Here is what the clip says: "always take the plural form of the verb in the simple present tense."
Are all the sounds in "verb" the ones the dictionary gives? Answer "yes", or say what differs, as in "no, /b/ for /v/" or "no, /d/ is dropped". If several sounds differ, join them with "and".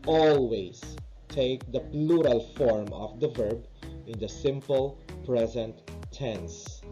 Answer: yes